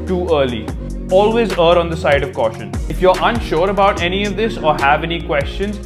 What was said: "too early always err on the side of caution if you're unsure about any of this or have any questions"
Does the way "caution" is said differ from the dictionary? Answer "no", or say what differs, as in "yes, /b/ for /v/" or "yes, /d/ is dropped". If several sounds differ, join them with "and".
no